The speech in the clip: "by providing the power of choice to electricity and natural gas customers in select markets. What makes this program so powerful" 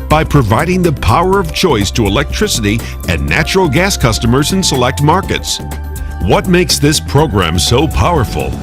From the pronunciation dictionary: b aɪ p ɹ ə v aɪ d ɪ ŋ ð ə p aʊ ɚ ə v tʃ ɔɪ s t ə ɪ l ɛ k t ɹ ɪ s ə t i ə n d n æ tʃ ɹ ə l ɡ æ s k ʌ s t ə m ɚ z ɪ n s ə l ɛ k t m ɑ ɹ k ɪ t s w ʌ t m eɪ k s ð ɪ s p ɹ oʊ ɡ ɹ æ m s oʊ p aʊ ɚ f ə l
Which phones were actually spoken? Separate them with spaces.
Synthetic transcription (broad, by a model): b aɪ p ɹ ə v aɪ d ɪ ŋ ð ə p aʊ ɚ ə v tʃ ɔɪ s t ə ɪ l ɛ k t ɹ ɪ s ə t i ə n n æ tʃ ɹ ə l ɡ æ s k ʌ s t ə m ɚ z ɪ n s ə l ɛ k t m ɑ ɹ k ɪ t s w ʌ t m eɪ k s ð ɪ s p ɹ oʊ ɡ ɹ æ m s oʊ p aʊ ɚ f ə l